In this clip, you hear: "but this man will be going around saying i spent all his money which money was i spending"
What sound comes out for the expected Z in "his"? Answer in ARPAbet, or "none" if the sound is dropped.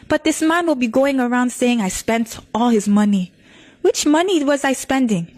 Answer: Z